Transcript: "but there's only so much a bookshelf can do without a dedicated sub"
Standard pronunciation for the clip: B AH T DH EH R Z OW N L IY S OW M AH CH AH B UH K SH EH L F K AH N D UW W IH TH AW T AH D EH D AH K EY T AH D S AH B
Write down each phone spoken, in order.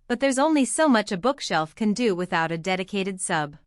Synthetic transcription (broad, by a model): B AH T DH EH R Z OW N L IY S OW M AH CH AH B UH K SH EH L F K AH N D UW W IH TH AW T AH D EH D AH K EY T AH D S AH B